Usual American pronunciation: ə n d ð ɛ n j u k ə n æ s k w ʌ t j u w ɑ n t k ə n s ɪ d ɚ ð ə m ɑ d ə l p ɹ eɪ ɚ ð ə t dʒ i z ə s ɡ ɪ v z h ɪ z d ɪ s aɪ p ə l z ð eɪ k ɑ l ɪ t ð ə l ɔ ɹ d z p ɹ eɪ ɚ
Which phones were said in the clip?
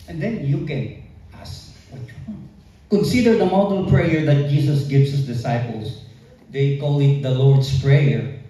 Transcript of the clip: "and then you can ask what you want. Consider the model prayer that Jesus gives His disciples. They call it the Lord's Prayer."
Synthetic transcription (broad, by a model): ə n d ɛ n j u k ə n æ s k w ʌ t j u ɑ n k ə n s ɪ d ɚ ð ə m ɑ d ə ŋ p ɹ eɪ ɚ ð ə t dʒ i s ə s ɡ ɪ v s h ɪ s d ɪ s aɪ p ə l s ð eɪ k ɑ l ɪ t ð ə l ɔ ɹ d s p ɹ eɪ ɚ